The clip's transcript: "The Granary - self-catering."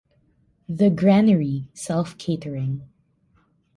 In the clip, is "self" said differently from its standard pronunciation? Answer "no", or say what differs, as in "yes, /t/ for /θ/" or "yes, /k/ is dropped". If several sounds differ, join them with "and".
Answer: no